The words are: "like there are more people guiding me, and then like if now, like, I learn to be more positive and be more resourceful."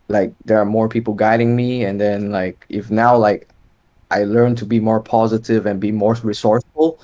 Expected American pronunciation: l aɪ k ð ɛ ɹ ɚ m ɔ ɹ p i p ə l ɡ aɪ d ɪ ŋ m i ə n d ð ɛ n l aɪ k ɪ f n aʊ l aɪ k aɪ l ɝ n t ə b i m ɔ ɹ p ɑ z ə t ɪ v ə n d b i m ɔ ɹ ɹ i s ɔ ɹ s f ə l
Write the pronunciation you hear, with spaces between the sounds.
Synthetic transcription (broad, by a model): l aɪ k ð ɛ ɹ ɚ m ɔ ɹ p i p l ɡ aɪ d ɪ ŋ m i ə n ð ɛ n l aɪ k ɪ f n aʊ l aɪ k aɪ l ɝ n t ə b i m ɔ ɹ p ɑ z ə t ɪ v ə n b i m ɔ ɹ ɹ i s ɔ ɹ s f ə l